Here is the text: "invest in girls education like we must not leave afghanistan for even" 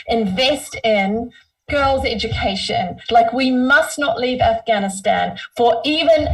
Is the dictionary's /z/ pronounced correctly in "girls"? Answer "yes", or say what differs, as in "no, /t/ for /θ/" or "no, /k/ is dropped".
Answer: yes